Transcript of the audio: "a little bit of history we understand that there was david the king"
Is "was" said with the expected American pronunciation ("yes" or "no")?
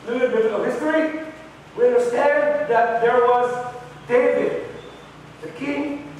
yes